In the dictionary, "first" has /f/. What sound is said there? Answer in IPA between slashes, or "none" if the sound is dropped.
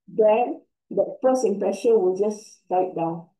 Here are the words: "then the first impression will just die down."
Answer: /p/